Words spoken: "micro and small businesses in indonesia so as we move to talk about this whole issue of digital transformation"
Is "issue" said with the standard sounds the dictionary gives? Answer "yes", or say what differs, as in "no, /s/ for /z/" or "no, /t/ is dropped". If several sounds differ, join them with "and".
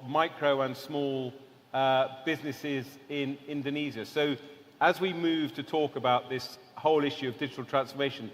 yes